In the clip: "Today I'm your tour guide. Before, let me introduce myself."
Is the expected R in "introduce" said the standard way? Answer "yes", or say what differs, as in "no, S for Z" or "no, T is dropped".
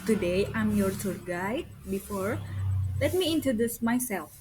no, R is dropped